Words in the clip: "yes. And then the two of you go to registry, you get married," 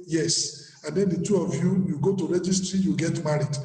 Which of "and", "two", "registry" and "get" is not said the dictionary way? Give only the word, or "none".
none